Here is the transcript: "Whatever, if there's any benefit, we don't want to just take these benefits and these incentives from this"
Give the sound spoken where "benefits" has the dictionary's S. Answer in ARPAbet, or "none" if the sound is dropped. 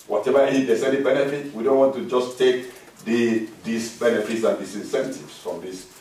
S